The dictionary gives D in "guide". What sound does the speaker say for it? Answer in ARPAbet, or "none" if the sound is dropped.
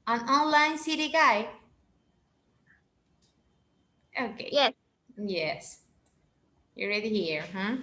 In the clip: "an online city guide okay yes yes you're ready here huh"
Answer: none